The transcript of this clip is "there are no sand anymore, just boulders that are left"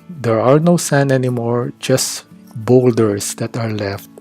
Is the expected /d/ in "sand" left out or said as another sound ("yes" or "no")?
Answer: yes